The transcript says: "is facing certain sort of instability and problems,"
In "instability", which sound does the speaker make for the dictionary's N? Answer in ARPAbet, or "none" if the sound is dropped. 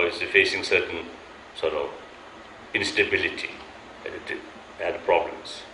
N